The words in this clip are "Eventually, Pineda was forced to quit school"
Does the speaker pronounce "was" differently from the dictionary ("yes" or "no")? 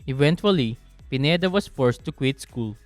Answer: yes